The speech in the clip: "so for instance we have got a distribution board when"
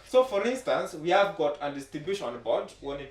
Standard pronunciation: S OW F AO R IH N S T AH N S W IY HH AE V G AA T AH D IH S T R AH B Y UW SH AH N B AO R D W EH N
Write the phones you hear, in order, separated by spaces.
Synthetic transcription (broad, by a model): S OW F AO R IH N S T AH N S W IY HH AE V G AA T AH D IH S T AH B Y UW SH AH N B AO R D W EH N